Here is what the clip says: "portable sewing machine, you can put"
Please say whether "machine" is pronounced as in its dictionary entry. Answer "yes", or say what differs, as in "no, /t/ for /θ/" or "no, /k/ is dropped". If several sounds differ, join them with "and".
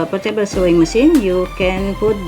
no, /s/ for /ʃ/